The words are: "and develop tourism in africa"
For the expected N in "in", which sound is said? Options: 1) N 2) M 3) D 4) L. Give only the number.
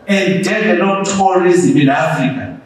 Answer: 4